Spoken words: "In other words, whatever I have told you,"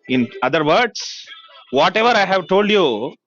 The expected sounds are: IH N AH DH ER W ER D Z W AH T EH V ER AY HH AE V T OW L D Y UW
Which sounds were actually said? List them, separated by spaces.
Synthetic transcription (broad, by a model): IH N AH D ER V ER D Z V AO T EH V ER AY HH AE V T OW L D Y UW